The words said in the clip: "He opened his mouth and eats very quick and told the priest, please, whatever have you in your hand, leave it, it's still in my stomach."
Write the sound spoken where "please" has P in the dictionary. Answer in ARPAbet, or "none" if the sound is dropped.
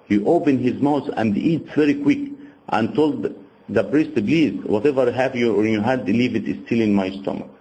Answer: B